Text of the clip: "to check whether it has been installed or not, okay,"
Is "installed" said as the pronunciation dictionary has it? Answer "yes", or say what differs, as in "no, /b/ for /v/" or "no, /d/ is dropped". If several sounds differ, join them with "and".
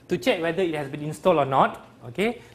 no, /d/ is dropped